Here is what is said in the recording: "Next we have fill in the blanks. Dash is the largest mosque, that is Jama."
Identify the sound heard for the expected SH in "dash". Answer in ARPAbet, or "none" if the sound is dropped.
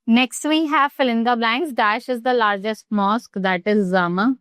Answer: SH